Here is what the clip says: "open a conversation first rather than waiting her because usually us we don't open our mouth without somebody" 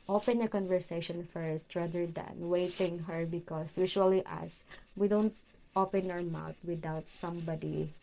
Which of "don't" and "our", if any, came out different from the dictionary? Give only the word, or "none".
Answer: none